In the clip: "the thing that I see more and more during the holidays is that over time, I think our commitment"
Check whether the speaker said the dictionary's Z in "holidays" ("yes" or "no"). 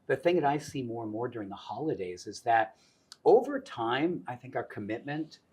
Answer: yes